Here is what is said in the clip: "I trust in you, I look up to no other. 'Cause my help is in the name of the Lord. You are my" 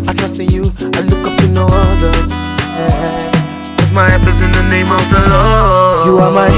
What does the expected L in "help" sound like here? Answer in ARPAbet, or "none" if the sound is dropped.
none